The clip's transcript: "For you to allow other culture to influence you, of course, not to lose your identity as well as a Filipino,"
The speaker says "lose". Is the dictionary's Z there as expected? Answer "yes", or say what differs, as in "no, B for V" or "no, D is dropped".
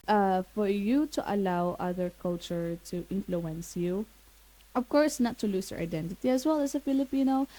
no, S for Z